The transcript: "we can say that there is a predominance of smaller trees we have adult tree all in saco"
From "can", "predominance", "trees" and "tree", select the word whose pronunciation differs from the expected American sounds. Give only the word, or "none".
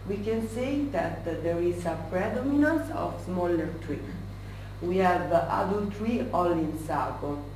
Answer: trees